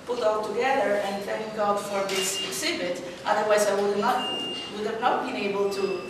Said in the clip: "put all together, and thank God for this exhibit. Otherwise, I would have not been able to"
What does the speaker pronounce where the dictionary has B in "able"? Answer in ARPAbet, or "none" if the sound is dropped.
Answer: B